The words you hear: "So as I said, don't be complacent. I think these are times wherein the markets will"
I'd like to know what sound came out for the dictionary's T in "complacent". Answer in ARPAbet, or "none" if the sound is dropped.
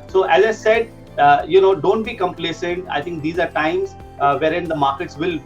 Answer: T